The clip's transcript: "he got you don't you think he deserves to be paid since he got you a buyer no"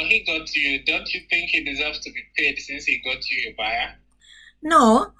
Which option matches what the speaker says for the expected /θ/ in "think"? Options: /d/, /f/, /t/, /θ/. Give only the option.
/θ/